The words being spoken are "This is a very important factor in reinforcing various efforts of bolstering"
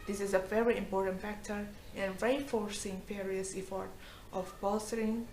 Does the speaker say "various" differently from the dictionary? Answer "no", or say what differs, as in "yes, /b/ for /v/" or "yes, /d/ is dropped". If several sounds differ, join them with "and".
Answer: yes, /f/ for /v/